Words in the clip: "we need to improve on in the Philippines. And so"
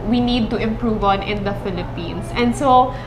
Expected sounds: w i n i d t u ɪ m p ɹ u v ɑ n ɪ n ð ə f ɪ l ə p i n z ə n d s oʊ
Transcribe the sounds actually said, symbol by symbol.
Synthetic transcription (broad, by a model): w i n i d t u ɪ m p ɹ u v ɑ n ɪ n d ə f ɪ l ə p i n s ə n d s oʊ